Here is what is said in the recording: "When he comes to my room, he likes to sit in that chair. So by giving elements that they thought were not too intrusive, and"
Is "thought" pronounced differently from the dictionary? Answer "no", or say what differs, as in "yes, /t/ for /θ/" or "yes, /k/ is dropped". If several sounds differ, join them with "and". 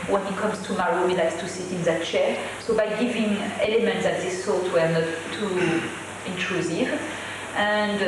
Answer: yes, /s/ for /θ/